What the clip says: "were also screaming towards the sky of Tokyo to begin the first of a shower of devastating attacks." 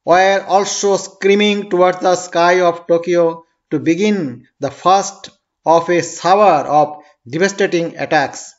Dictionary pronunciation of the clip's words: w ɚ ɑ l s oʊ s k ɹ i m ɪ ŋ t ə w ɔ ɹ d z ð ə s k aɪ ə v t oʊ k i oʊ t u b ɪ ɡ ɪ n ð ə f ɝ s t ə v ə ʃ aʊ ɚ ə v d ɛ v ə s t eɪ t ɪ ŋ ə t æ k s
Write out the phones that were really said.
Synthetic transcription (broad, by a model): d ɑ l s oʊ s k ɹ i m ɪ ŋ t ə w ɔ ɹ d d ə s k aɪ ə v t oʊ k i oʊ t u b ɪ ɡ ɪ n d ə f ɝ s t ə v ə s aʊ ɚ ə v d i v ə s t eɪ t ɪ ŋ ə t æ k s